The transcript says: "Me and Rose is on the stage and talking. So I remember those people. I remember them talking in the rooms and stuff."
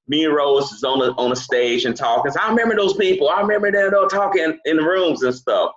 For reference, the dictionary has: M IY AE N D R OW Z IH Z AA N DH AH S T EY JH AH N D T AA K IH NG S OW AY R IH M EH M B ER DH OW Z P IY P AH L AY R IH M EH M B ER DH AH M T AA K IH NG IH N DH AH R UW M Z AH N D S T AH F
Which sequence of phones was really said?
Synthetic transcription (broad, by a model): M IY R OW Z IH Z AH N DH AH S T EY JH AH N T AA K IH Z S AY R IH M EH M B ER DH OW Z P IY P L AY R IH M EH M B ER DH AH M T AA K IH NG IH N DH AH R UW M Z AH N S T AH F